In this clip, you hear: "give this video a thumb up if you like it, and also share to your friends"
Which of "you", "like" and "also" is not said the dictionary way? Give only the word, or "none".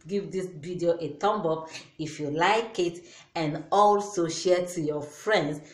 none